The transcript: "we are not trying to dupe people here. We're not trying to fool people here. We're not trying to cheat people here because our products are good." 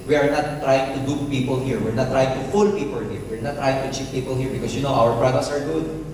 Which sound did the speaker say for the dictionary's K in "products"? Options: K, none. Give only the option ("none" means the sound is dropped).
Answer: none